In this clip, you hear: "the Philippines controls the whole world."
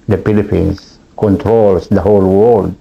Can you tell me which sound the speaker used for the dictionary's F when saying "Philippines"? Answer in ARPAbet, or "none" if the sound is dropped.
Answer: P